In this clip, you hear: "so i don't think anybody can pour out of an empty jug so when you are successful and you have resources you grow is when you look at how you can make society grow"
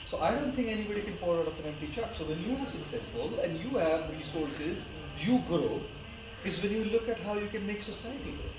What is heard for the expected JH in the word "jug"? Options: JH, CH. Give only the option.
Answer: CH